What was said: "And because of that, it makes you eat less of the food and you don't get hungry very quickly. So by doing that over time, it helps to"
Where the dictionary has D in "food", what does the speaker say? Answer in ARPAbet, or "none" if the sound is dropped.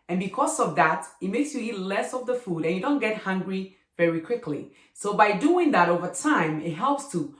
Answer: D